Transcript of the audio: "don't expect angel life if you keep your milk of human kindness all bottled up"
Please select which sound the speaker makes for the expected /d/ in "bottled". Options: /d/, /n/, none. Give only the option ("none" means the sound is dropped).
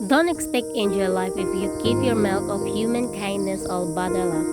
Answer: none